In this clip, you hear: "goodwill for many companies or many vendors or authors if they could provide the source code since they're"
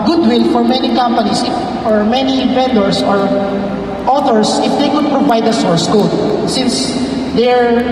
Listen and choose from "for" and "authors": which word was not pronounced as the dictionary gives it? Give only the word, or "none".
authors